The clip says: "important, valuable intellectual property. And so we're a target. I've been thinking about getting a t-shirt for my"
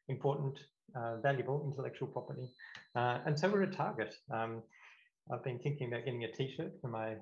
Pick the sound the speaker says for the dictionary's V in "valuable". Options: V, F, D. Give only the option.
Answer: V